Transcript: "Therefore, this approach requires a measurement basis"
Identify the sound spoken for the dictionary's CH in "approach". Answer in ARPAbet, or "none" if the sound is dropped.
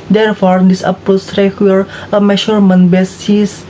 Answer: S